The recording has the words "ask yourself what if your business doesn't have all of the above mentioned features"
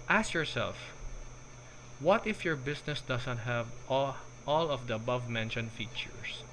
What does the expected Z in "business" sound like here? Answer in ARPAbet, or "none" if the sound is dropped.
S